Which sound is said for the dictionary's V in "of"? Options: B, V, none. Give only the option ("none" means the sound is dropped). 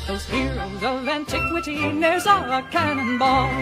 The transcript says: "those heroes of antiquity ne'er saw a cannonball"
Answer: V